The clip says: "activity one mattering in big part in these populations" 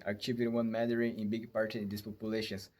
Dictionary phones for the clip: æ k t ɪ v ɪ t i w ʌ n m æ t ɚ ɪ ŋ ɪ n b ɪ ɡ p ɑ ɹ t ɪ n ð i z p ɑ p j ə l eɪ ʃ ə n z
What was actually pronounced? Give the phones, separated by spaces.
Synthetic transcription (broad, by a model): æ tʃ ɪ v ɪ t w ʌ n m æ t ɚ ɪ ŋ ɪ n b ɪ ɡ p ɑ ɹ t ɪ n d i s p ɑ p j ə l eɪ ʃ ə n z